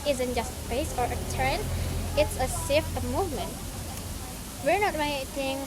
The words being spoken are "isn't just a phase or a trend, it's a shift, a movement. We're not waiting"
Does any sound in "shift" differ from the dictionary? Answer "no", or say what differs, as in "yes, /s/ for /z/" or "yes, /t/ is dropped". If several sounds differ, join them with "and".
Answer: yes, /s/ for /ʃ/